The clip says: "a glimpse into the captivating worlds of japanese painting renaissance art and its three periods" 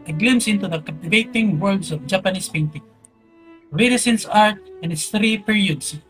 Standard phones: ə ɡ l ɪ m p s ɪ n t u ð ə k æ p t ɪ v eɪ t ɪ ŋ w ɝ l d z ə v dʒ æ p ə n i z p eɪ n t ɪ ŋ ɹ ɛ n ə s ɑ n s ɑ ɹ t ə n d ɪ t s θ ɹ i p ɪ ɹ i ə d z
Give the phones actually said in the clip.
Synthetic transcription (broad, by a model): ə ɡ l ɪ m s ɪ n t u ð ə k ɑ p t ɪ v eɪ t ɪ ŋ w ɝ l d s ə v dʒ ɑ p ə n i s p eɪ n t ɪ ŋ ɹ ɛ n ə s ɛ n s ɑ ɹ t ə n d ɪ t s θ ɹ i p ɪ ɹ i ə d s